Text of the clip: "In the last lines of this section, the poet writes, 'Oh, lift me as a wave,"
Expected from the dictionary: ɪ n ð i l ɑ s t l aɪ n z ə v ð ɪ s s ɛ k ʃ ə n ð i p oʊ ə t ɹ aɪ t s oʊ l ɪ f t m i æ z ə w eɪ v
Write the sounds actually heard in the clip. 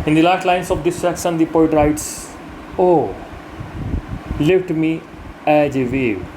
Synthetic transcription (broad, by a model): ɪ n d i l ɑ t l aɪ n s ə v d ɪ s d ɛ k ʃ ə n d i p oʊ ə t ɹ aɪ t s oʊ l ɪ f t m i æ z ə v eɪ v